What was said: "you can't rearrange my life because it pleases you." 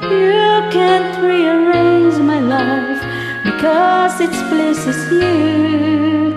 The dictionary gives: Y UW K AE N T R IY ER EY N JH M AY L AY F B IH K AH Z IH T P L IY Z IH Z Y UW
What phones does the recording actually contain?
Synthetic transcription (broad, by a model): Y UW K AE N T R IY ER EY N Z M AY L AY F B IH K AH Z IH T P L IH S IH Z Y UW